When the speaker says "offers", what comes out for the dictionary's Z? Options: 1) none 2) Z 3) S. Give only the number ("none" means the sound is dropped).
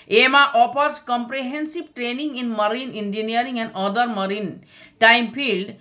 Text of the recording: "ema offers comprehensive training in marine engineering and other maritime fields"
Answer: 3